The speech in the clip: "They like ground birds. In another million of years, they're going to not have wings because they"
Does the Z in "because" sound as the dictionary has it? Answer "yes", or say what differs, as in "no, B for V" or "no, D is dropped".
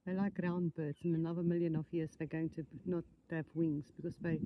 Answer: no, S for Z